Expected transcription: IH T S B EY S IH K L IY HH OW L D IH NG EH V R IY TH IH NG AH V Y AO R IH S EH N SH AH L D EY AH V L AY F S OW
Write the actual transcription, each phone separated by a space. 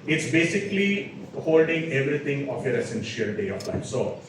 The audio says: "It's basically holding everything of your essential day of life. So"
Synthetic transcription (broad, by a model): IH T S B EY S IH K L IY HH OW L D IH NG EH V R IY T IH NG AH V Y AO R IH S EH N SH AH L D EY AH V L AY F S OW